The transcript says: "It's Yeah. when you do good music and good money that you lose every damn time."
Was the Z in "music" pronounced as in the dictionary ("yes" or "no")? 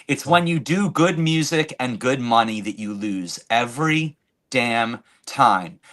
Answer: yes